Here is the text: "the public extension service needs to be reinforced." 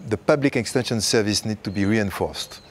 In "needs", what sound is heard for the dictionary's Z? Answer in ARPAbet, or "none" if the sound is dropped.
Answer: none